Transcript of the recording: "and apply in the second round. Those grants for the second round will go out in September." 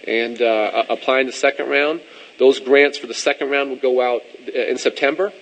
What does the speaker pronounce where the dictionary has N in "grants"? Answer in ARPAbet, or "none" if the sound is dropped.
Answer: N